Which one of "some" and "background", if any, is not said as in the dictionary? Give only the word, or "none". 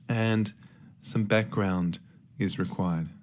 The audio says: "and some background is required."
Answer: none